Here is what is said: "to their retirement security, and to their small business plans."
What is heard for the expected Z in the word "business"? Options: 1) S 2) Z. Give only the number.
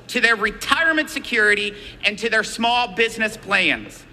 2